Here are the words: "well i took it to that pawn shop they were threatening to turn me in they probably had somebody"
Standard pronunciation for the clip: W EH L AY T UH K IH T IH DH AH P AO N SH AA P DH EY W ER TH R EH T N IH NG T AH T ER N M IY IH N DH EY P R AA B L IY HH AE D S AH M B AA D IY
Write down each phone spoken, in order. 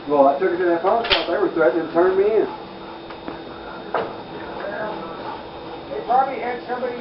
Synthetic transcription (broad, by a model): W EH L AY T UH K IH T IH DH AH F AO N S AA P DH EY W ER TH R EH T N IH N T AH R N M IY IH N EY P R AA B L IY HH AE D S AH M B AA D IY